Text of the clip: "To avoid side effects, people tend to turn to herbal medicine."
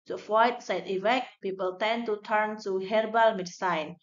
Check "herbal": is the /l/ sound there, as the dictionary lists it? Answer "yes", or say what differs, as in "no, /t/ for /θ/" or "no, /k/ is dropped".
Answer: yes